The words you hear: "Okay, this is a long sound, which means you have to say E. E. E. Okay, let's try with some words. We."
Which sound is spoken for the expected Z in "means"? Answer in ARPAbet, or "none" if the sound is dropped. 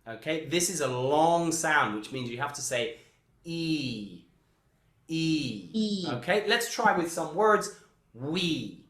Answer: Z